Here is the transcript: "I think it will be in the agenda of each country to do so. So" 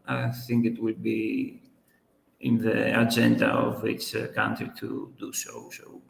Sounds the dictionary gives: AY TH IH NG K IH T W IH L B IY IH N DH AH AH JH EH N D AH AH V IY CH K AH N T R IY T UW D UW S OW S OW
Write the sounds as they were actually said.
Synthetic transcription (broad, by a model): AY TH IH NG K IH T W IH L B IY IH N DH AH AH JH EH N D AH AH V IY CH K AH N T R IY T UW D UW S OW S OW